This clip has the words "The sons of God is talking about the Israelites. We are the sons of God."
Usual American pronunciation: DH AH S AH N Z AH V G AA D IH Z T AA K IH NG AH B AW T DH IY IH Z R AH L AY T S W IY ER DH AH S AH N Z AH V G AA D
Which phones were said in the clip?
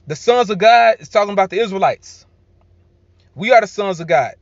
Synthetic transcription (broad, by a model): DH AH S AH N Z AH V G AA D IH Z T AA K IH NG AH B AW T DH IY IH Z R AH L AY T S W IY ER DH AH S AH N Z AH V G AA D